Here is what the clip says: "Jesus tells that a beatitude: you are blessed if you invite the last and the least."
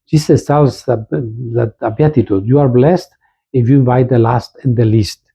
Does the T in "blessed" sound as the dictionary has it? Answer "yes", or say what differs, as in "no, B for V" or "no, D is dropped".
yes